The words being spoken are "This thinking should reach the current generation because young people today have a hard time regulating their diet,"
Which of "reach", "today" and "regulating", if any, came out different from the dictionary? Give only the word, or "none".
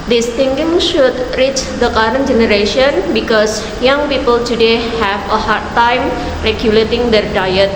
none